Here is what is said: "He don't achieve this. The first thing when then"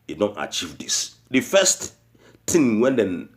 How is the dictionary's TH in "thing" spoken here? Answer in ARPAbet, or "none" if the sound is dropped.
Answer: T